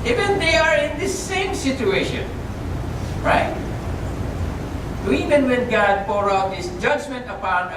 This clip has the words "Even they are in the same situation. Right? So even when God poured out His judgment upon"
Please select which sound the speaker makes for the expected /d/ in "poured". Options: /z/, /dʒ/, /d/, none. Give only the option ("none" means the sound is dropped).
none